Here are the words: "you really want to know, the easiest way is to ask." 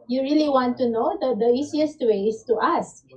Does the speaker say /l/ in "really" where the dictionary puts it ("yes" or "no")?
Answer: yes